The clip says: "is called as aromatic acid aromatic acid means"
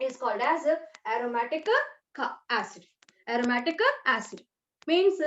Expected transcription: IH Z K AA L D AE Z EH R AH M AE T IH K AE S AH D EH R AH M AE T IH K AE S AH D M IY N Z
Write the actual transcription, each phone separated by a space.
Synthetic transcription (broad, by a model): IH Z K AA L D AE Z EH R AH M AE T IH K AE S AH D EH R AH M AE T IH K AE S AH D M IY N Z